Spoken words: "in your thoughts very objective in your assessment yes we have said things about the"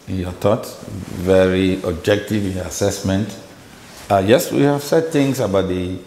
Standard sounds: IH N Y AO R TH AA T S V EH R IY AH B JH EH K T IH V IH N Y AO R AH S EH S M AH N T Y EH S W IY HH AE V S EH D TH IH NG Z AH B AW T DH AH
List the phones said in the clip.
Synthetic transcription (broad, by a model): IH N Y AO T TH AA T V EH R IY AH B JH EH K T IH V IH N Y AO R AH S EH S M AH N T Y EH S W IY HH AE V S EH D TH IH NG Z AH B AW T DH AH